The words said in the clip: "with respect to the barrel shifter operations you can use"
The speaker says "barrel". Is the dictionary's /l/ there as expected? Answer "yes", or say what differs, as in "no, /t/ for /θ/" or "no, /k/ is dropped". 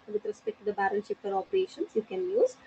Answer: no, /n/ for /l/